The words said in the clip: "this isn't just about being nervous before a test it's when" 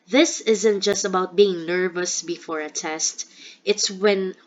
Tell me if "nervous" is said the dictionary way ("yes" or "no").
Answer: yes